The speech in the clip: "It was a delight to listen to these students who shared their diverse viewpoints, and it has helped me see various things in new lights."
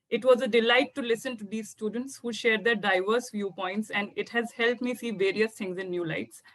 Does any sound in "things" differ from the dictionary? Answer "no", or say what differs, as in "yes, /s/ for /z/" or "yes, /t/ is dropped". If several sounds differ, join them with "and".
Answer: yes, /t/ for /θ/